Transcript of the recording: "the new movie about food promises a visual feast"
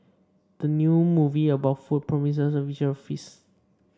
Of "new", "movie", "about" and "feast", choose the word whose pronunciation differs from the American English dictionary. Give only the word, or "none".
feast